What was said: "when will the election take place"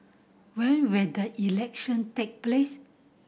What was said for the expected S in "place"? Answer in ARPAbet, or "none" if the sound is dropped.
S